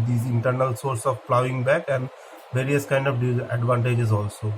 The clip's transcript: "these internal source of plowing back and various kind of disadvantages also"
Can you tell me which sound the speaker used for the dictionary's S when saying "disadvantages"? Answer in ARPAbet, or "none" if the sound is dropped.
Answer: none